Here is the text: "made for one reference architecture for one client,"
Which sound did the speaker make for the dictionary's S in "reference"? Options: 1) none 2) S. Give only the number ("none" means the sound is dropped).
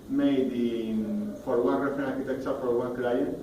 1